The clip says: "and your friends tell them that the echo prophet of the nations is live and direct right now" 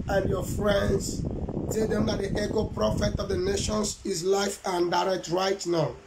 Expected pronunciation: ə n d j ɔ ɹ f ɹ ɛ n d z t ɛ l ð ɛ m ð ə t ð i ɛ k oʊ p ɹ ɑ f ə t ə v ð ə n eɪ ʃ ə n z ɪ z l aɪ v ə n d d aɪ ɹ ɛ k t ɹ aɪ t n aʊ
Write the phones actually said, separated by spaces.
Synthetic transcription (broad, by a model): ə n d j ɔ f ɹ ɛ n d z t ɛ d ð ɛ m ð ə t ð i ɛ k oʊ p ɹ ɑ f ə t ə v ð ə n eɪ ʃ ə n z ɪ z l aɪ f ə n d d aɪ ɹ ɛ k t ɹ aɪ t n aʊ